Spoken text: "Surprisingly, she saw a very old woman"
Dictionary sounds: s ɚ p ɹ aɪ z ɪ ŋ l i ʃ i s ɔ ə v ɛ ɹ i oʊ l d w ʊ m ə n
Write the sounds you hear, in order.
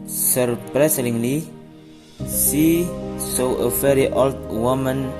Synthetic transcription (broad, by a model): s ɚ p ɹ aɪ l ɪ ŋ l i s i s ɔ ə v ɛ ɹ i oʊ l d w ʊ m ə n